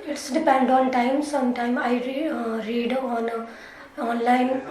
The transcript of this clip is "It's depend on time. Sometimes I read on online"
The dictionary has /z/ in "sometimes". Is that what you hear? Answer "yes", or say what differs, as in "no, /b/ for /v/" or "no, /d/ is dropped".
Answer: no, /z/ is dropped